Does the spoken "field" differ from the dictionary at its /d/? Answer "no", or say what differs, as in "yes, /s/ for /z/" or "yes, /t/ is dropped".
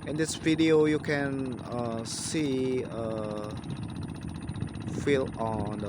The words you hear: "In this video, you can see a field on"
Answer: yes, /d/ is dropped